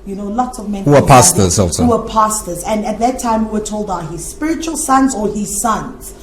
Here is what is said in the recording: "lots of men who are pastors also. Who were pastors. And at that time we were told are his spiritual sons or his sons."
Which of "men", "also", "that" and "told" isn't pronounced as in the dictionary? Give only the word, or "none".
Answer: none